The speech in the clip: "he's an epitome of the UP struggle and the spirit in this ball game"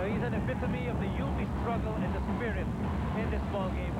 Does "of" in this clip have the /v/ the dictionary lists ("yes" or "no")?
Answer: yes